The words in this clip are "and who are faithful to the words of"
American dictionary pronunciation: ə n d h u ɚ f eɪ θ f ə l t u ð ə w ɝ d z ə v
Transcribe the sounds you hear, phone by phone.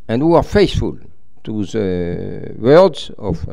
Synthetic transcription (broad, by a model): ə n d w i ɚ f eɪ s f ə l t u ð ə w ɝ d z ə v